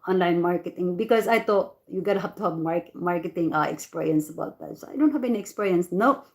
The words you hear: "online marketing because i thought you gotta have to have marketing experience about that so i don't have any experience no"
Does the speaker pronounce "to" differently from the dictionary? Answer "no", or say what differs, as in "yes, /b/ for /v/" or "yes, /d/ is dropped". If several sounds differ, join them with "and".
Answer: no